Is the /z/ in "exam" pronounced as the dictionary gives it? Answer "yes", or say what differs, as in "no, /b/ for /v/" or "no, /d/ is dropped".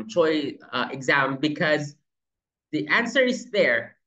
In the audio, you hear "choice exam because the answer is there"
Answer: yes